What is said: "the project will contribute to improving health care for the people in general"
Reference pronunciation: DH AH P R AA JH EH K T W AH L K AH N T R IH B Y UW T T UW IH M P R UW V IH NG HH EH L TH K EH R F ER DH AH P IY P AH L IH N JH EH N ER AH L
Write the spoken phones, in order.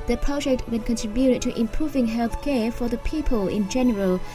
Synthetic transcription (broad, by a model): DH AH P R AA JH EH K T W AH N K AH N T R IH B Y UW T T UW IH M P R UW V IH NG HH EH L TH K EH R F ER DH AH P IY P AH L IH N JH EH N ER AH L